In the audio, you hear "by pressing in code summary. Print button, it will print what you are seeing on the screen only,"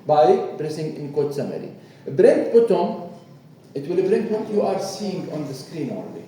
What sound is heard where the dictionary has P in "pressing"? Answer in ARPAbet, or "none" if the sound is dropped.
B